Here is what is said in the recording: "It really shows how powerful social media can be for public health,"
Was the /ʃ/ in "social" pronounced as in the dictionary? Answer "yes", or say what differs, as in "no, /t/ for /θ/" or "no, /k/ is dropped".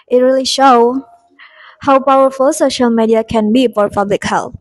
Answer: yes